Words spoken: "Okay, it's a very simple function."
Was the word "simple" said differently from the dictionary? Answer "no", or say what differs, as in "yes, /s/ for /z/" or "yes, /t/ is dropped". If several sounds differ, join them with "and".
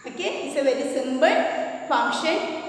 yes, /b/ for /p/